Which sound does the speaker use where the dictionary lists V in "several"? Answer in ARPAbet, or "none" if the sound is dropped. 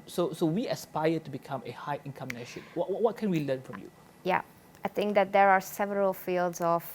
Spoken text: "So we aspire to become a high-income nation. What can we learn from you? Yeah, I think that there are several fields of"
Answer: V